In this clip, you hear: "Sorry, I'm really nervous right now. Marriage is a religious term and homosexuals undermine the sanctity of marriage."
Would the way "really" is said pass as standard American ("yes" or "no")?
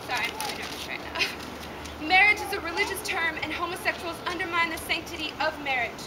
no